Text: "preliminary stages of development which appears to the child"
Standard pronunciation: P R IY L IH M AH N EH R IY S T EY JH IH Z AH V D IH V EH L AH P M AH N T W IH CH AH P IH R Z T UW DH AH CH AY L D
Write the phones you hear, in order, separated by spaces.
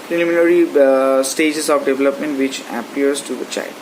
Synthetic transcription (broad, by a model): P R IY L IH M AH N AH R IY S T EY JH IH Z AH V D IH V EH L AH P M AH N T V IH CH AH P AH R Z T UW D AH CH AY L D